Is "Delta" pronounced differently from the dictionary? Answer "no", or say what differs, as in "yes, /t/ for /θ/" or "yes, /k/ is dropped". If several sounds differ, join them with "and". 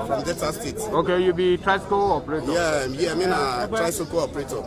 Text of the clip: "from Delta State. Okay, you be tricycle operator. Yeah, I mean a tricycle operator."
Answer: yes, /l/ is dropped